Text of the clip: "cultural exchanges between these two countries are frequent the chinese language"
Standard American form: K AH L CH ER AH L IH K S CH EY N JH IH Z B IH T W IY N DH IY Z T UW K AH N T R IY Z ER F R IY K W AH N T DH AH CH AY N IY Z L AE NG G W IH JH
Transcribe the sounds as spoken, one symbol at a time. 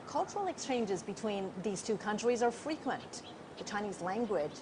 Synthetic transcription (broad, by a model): K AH L CH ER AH L IH K S CH EY N JH IH Z B IH T W IY N DH IY Z T UW K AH N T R IY Z ER F R IY K W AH N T DH AH CH AY N IY Z L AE NG G W IH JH